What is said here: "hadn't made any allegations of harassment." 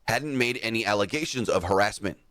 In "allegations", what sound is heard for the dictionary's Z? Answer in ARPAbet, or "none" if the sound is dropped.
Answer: Z